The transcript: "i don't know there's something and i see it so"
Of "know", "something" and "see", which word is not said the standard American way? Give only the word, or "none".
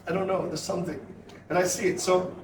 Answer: none